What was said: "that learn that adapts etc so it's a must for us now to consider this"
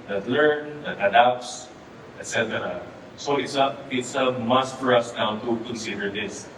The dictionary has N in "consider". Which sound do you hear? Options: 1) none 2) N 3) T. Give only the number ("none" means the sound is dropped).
2